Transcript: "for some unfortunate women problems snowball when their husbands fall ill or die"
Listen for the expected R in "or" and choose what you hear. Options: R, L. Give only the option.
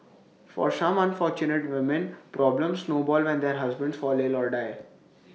R